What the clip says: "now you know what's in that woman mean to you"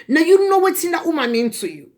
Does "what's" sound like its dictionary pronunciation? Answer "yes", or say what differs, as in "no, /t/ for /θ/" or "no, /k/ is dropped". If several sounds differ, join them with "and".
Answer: no, /s/ is dropped